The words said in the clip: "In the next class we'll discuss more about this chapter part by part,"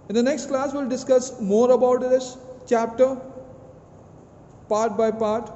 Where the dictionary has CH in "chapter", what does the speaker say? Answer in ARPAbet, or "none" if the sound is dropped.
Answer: CH